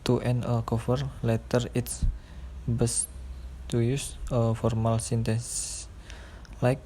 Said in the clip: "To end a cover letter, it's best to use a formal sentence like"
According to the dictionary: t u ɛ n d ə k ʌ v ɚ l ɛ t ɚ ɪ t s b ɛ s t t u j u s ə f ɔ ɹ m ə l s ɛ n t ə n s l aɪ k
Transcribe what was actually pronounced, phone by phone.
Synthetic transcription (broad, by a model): t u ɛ n ə k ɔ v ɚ l ɛ t ɚ ɪ t s b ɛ s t t u j u s ə f ɔ ɹ m ə l s ɛ n t ə n s l aɪ k